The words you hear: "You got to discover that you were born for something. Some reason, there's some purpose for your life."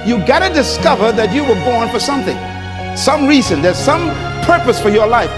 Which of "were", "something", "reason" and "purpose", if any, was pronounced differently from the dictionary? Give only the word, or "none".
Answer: none